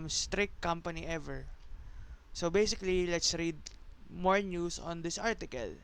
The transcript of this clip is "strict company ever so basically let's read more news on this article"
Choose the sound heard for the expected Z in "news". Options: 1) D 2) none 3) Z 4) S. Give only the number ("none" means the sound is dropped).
4